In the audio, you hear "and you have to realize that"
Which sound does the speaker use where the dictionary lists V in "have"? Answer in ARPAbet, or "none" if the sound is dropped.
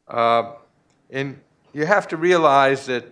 F